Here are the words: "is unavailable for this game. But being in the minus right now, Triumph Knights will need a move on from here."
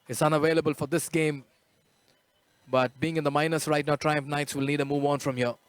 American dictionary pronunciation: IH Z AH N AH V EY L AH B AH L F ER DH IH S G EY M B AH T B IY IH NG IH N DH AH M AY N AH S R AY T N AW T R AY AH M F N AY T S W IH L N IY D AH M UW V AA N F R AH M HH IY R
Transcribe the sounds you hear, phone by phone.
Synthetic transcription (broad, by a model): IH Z AH N AH V EY L AH B AH L F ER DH IH S G EY M B AH T B IY IH NG IH N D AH M AY N AH S R AY T N AW T R AY AH M F N AY T S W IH L N IY D AH M UW V AA N F R AH M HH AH